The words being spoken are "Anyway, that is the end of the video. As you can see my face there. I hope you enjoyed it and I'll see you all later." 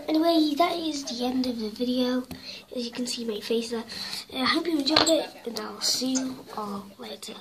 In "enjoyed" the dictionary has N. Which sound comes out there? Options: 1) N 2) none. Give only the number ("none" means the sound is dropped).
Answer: 2